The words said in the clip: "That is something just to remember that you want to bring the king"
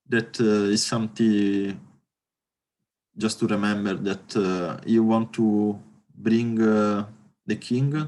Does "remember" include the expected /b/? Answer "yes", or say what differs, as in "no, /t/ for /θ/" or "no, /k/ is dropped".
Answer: yes